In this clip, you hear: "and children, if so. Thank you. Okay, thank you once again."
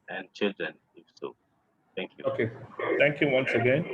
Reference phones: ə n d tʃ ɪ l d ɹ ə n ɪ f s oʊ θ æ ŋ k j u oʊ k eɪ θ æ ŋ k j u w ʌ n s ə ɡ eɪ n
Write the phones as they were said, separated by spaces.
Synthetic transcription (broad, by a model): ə n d tʃ ɪ l d ɹ ə n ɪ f s oʊ t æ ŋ k j u oʊ k eɪ t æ ŋ k j u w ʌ n s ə ɡ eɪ n